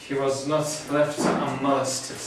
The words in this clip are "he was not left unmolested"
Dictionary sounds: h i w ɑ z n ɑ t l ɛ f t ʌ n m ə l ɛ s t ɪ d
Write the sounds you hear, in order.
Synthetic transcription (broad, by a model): h i w ɑ z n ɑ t l ɛ f t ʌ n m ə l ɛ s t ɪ